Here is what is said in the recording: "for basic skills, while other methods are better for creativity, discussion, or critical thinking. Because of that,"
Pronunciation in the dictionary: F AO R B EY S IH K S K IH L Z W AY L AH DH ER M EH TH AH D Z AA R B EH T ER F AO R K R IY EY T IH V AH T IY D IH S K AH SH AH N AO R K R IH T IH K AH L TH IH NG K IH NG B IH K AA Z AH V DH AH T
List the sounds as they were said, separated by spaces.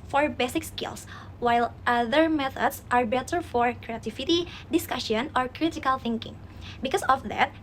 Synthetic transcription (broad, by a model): F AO R B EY S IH K S K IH L S W AY L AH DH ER M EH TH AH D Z AA R B EH T ER F AO R K R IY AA T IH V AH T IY D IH S K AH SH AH N AO R K R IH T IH K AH L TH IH NG K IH NG B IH K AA S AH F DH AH T